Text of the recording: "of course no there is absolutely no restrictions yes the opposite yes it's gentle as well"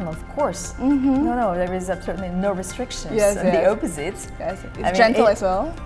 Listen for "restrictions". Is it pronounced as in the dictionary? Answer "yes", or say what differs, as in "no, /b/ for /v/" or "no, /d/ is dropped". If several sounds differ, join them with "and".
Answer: no, /z/ is dropped